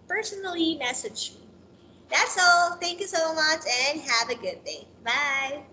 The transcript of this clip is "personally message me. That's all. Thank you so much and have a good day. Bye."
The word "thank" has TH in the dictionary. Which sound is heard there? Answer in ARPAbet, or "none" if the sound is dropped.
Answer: TH